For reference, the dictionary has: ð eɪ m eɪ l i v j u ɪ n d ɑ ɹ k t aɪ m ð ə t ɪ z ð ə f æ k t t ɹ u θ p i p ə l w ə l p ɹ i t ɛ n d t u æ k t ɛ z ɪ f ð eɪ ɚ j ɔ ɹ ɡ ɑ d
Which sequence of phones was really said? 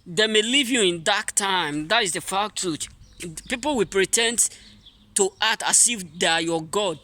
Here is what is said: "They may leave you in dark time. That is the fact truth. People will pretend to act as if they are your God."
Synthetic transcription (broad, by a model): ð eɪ m eɪ l i v j u ɪ n d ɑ k t aɪ m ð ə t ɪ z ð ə f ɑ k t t u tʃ p i p ə l w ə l p ɹ i t ɛ n d t u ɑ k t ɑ s ɪ f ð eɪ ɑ j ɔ ɡ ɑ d